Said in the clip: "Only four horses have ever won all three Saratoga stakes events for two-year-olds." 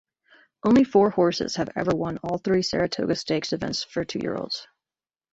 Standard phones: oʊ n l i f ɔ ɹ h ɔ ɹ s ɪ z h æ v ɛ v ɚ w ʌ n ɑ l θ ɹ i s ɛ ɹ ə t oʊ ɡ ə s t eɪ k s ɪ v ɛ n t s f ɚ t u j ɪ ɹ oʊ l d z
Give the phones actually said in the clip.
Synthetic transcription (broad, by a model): oʊ n l i f ɔ ɹ h ɔ ɹ s ɪ z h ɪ v ɛ v ɚ w ʌ n ɑ l θ ɹ i s ɛ ɹ ə t oʊ ɡ ə s t eɪ k s ɪ v ɛ n t s f ɚ t u j ɪ ɹ oʊ l d z